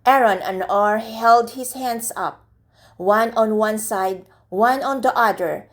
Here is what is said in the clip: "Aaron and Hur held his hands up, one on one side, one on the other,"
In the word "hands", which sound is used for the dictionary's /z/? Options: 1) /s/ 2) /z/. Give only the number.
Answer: 1